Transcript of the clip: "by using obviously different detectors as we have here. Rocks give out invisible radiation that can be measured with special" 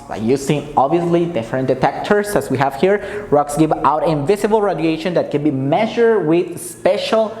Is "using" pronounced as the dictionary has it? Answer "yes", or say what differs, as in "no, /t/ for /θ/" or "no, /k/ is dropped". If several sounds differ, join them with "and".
no, /s/ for /z/